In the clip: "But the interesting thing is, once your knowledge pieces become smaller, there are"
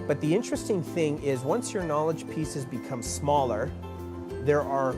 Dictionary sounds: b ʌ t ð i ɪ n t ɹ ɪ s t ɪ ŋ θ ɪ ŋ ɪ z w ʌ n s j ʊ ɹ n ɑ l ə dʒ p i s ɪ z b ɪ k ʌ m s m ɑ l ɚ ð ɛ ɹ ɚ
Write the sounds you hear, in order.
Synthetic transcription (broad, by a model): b ʌ t ð i ɪ n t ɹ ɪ s t ɪ ŋ θ ɪ ŋ ɪ z w ʌ n s j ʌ ɹ n ɑ l ə dʒ p i s ɪ z b ɪ k ʌ m s m ɑ l ɚ ð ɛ ɹ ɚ